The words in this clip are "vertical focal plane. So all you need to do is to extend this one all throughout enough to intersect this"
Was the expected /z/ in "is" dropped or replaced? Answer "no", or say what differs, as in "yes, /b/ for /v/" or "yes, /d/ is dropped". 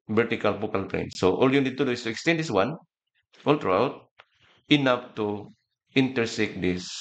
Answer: yes, /s/ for /z/